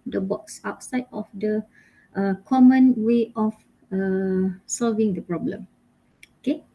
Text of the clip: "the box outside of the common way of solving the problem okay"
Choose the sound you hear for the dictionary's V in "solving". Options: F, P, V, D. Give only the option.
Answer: V